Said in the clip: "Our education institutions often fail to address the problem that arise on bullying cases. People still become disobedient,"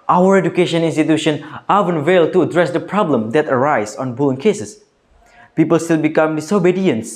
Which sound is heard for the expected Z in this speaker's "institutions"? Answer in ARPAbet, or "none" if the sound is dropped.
none